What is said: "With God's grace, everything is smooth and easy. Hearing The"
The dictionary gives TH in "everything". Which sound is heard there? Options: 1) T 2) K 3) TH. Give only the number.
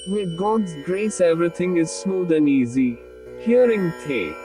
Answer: 1